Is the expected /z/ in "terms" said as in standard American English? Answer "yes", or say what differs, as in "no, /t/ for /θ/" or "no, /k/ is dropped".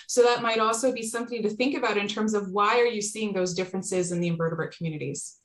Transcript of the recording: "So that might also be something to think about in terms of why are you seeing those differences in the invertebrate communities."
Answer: yes